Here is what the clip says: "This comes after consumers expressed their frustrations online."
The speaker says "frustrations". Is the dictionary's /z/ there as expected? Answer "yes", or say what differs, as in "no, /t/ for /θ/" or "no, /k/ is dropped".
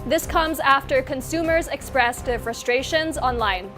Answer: yes